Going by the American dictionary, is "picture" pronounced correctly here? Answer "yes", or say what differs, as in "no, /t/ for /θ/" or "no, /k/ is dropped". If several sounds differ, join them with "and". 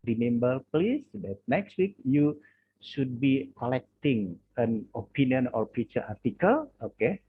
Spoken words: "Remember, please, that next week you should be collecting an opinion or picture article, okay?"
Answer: no, /k/ is dropped